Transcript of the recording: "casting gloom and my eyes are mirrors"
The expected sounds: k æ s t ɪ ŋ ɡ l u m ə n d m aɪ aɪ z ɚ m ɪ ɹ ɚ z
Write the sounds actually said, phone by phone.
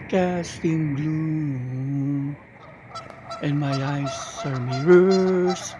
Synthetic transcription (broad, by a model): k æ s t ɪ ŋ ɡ l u ə n m aɪ aɪ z ɚ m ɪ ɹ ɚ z